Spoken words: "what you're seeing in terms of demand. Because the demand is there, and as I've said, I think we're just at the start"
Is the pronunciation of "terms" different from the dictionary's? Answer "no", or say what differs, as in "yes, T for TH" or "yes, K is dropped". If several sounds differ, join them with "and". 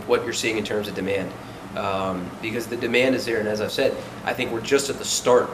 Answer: no